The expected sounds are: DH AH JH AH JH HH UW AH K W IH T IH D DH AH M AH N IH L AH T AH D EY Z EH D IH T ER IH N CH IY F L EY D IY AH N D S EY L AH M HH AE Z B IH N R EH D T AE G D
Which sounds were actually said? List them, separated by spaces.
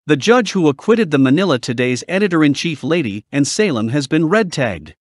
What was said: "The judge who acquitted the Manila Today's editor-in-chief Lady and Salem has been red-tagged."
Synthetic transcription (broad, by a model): DH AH JH AH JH HH UW AH K W IH T IH D DH AH M AH N IH L AH T AH D EY Z EH D IH T ER IH N CH IY F L EY D IY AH N S EY L AH M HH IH Z B IH N R EH D T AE G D